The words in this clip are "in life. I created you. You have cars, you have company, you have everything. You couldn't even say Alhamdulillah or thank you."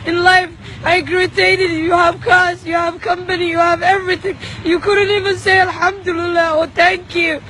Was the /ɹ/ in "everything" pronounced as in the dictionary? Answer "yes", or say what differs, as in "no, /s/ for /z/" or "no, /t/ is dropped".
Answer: yes